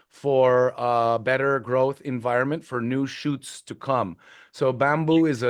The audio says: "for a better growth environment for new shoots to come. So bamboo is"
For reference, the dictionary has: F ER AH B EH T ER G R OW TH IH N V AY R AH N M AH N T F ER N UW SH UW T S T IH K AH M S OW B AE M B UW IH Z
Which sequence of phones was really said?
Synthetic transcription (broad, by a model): F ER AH B EH T ER G R OW TH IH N V AY R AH N M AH N T F ER N UW SH UW T S T IH K AH M S OW B AE M B UW IH Z